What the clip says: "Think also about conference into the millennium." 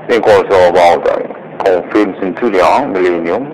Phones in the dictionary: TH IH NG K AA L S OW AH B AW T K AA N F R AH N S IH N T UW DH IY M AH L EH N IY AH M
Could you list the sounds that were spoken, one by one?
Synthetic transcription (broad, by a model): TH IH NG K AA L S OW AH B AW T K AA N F AH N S IH N T UW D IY M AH L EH N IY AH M